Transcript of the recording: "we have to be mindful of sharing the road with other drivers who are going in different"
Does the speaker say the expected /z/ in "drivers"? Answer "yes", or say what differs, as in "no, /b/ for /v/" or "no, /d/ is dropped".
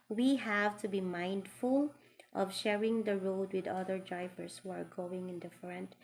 no, /s/ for /z/